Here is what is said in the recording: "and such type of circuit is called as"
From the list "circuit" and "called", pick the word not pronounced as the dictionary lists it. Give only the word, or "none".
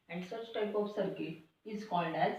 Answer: circuit